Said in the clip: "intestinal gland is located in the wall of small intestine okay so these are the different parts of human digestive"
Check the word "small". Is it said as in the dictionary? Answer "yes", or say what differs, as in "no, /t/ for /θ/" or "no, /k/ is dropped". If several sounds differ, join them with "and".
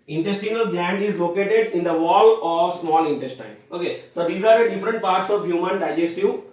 yes